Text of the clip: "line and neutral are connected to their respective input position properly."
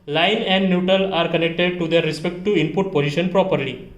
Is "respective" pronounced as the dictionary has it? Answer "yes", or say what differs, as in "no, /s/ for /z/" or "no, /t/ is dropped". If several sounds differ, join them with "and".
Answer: no, /v/ is dropped